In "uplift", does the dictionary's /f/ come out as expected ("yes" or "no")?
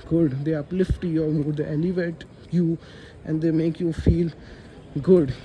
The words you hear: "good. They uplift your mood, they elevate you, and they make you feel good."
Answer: yes